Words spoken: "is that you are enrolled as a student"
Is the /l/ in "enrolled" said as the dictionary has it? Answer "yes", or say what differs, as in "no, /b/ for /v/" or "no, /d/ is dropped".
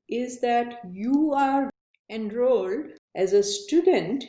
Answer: yes